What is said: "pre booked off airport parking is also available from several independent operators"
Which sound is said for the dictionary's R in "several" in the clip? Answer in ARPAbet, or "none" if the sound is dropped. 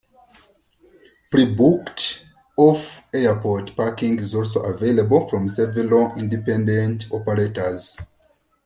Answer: none